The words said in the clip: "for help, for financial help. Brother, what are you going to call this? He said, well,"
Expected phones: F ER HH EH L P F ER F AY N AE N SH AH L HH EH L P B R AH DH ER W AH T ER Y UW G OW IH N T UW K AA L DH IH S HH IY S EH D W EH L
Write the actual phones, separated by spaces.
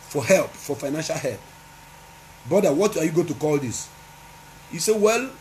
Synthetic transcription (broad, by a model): F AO HH EH L P F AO F AY N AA N SH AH L HH EH L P B AO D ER W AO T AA Y UW G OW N T UW K AA L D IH S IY S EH W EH L